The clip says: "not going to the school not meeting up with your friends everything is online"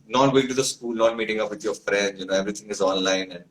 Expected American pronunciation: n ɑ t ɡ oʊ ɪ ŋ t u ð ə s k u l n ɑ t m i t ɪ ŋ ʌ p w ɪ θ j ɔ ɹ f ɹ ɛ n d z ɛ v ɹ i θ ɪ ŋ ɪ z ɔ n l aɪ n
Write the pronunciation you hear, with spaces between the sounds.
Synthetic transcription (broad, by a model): n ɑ t ɡ oʊ ɪ ŋ t u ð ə s k u l n ɑ t m i t ɪ ŋ ʌ p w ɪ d j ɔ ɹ f ɹ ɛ n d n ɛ v ɹ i t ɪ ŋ ɪ z ɔ n l aɪ n